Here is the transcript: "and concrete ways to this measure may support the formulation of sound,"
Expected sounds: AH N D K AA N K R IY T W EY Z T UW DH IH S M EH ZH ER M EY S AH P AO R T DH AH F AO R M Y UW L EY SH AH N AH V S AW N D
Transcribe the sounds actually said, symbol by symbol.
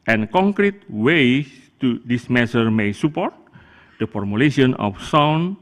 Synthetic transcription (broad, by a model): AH N K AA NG K R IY T W EY T UW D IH S M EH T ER M EY S AH P AO R T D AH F AO R M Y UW L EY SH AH N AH F S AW N